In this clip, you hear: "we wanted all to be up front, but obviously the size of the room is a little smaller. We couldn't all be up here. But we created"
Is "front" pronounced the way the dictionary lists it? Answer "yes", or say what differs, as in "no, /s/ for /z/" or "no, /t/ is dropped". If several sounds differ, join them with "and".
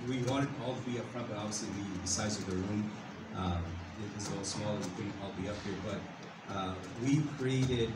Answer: no, /p/ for /f/